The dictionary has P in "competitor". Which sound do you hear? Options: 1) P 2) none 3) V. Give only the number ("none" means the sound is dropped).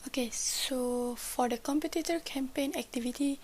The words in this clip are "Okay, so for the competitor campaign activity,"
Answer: 1